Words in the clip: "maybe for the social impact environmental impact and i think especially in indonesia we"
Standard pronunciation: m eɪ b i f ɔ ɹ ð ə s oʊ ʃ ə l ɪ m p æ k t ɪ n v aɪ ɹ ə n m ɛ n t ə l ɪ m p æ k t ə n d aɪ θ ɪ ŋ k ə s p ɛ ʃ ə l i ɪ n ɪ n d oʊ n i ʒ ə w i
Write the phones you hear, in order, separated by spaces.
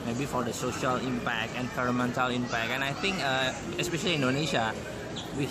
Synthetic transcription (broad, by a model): m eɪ b i f ɔ ɹ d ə s oʊ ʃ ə l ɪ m p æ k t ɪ n f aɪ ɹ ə m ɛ n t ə l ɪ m p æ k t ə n aɪ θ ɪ ŋ k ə s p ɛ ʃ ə l i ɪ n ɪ n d oʊ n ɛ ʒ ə w i